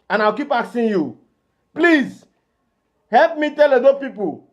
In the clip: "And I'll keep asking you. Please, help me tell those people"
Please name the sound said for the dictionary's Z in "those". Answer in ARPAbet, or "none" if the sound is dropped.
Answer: none